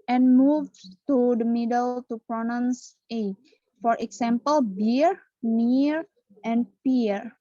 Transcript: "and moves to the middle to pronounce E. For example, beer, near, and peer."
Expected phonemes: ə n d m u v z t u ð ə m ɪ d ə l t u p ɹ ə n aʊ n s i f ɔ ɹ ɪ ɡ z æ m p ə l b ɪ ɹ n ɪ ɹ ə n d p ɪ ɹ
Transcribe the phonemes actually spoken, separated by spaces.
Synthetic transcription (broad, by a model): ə n m u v t u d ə m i d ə l t u p ɹ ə n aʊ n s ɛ f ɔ ɹ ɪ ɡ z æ m p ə l b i ɹ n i ɹ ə n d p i ɹ